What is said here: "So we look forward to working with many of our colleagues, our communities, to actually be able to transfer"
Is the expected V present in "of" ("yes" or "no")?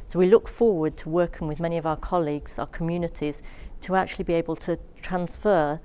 yes